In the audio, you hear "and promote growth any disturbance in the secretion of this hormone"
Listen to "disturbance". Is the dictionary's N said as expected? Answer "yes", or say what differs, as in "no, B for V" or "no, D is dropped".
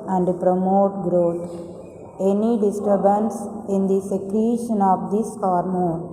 yes